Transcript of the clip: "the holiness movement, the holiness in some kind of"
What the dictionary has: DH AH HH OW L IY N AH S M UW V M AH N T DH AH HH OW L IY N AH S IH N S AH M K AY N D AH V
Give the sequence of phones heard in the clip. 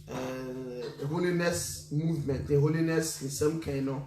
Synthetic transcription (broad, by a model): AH HH OW L IY N AH S M UW V M AH N T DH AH HH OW L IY N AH S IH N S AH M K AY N AH